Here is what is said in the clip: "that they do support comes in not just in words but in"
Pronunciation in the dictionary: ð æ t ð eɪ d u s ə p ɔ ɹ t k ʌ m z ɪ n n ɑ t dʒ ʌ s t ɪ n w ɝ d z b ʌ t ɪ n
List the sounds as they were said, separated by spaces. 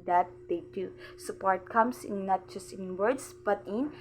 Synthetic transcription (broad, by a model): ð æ t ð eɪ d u s ə p ɔ ɹ t k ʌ m s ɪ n n ɑ t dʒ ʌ s t ɪ n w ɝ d s b ʌ t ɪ n